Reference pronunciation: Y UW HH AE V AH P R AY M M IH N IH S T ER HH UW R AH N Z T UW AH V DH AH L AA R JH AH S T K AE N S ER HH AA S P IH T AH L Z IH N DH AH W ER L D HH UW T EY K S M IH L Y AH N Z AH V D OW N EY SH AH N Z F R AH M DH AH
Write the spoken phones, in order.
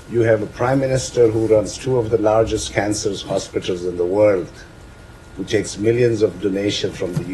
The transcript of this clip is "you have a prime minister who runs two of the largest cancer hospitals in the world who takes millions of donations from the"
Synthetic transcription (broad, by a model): Y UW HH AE V AH P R AY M M IH N IH S T ER HH UW R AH N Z T UW AH V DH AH L AA R JH AH S T K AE N S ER HH AA S P IH T AH L Z IH N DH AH W ER L D HH UW T EY K S M IH L Y AH N Z AH V D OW N EY SH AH N F R AH M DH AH